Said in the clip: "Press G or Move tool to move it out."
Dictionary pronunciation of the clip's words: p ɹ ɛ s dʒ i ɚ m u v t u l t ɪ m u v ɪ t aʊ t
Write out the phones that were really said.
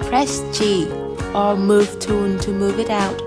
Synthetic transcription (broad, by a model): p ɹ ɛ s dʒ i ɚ m u v t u n t ɪ m u v ɪ t aʊ t